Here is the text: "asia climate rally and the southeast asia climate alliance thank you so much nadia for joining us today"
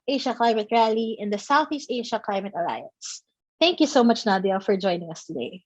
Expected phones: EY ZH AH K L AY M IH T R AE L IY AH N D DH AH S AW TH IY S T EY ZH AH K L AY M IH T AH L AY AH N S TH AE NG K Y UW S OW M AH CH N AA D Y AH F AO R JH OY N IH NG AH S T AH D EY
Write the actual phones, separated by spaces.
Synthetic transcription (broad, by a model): EY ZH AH K L AY M IH T R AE L IY AH N D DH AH S AW TH IY S T EY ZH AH K L AY M IH T AH L AY AH N S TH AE NG K Y UW S OW M AH CH N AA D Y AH F AO R JH OY N IH NG AH S T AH D EY